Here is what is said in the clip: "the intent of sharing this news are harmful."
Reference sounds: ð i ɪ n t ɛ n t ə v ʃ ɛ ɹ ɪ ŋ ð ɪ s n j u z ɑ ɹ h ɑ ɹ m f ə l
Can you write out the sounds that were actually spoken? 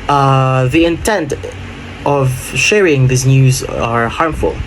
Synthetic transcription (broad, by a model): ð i ɪ n t ɛ n t ə v ʃ ɛ ɹ ɪ ŋ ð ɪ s n j u z ɑ ɹ h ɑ ɹ m f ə l